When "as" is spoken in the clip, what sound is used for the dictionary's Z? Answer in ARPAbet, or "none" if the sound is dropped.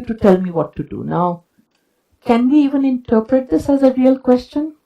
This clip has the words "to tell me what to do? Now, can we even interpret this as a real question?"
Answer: Z